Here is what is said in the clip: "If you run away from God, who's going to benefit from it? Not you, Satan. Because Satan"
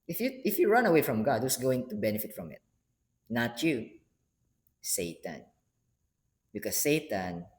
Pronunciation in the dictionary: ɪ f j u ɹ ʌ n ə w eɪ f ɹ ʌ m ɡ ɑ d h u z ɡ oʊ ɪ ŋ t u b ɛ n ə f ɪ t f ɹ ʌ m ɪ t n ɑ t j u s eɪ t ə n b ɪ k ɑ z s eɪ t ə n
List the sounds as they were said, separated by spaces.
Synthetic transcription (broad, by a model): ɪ f j u ɹ ʌ n ə w eɪ f ɹ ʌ m ɡ ɑ d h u s ɡ oʊ ɪ ŋ t u b ɛ n ə f ɪ t f ɹ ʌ m ɪ t n ɑ t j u s eɪ t ə n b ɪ k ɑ s eɪ t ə n